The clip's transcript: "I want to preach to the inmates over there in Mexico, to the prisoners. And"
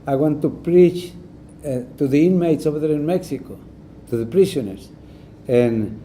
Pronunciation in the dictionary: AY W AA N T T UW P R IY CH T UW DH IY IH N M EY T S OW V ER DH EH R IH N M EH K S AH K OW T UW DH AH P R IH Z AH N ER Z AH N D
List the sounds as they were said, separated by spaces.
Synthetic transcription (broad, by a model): AY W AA N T T UW P R IY CH T UW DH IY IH N M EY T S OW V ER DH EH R IH N M EH K S AH K OW T UW DH AH P R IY S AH N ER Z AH N